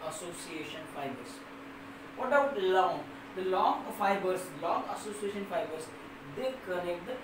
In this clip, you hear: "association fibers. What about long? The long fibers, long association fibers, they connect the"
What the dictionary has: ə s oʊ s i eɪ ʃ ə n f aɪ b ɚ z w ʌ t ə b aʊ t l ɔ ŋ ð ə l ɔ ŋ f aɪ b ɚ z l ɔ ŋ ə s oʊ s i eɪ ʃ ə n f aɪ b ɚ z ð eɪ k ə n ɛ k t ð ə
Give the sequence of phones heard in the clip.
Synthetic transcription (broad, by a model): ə s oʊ s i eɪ ʃ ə n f aɪ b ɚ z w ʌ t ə ʊ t l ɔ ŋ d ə l ɔ ŋ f aɪ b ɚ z l ɔ ŋ ə s oʊ s i eɪ ʃ ə n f aɪ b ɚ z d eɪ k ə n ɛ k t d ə